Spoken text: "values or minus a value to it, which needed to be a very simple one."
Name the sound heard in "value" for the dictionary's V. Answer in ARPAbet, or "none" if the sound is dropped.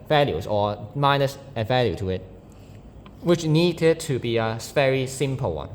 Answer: V